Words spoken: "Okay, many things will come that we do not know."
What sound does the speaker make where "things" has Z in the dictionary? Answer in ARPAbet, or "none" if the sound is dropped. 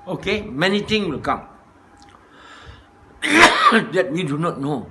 none